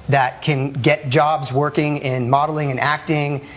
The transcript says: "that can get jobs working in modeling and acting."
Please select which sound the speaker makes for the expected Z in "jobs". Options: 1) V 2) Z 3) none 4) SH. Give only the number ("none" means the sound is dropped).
2